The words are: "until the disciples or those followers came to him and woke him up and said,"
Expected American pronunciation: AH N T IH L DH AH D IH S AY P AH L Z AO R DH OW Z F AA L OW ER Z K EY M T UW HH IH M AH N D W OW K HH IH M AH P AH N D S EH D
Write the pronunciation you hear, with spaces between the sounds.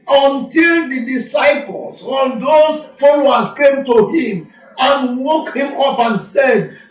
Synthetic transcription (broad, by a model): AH N T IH L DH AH D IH S AY P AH L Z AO L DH OW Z F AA L OW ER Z K EY M T UW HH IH M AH N W OW K HH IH M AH P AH N S EH D